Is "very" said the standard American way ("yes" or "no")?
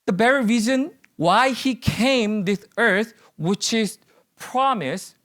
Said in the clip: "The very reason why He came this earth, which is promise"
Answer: no